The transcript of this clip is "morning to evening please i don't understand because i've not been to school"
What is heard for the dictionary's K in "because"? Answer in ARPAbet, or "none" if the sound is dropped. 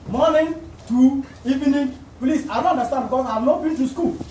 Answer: none